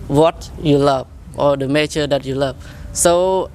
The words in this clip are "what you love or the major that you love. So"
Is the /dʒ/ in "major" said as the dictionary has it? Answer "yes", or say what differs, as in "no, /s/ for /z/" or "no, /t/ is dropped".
no, /tʃ/ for /dʒ/